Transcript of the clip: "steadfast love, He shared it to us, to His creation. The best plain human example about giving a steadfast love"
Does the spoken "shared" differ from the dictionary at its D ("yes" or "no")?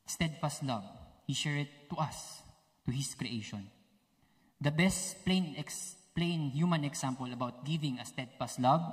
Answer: yes